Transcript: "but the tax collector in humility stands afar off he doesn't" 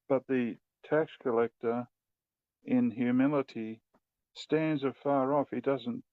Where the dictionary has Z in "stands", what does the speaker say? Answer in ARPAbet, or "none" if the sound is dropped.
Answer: Z